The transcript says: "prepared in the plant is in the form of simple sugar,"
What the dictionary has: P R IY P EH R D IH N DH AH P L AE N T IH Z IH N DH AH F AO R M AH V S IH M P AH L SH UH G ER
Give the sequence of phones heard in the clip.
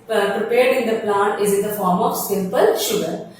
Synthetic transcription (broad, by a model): P R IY P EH R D IH N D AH P L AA T IH Z IH N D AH F AO R M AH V S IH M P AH L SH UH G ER